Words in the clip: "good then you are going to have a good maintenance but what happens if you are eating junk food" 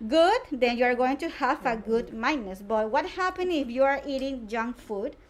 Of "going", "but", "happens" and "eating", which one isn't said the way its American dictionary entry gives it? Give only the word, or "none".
happens